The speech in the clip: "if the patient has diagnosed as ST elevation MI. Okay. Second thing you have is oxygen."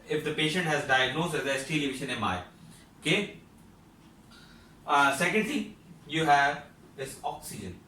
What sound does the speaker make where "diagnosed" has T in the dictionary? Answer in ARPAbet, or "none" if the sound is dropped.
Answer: none